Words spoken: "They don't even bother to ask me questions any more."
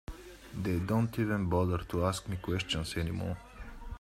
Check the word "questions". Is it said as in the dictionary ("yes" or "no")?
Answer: no